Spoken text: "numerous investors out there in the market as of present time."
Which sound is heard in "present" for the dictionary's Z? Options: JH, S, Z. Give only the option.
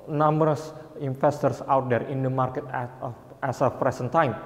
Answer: S